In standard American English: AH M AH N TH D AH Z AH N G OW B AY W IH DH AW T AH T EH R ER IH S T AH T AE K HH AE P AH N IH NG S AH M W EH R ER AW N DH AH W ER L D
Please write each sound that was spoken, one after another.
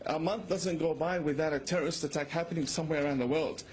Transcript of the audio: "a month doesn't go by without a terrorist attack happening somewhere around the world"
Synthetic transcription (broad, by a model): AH M AH N TH D AH Z AH N G OW B AY W IH DH AW T AH T EH R ER IH S T AH T AE K HH AE P AH N IH NG S AH M W EH R ER AW N DH AH W ER L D